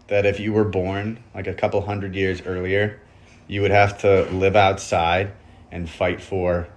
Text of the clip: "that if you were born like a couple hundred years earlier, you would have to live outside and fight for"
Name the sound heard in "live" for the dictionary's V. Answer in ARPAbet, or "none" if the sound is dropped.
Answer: V